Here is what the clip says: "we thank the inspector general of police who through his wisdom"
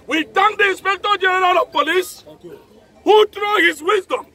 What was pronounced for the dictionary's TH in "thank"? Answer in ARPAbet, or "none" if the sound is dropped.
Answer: T